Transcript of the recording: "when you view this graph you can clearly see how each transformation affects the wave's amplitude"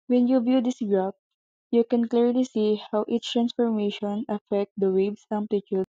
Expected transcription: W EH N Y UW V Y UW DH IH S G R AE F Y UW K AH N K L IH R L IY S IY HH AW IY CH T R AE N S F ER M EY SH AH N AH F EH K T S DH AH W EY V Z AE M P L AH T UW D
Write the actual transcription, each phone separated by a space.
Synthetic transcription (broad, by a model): W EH N Y UW V Y UW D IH S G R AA P Y UW K AH N K L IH R L IY S IY HH AW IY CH T R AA N S F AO M EY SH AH N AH F EH K T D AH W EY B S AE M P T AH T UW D